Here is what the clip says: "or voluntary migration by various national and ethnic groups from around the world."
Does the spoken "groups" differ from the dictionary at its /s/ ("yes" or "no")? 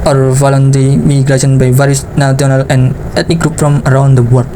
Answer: yes